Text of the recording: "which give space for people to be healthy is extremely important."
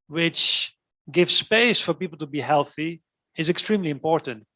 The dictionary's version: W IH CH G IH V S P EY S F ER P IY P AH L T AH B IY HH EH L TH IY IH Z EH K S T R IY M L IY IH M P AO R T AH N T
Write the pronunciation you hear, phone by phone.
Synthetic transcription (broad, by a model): W IH CH G IH V S P EY S F ER P IY P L T AH B IY HH EH L TH IY IH Z EH K S T R IY M L IY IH M P AO R T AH N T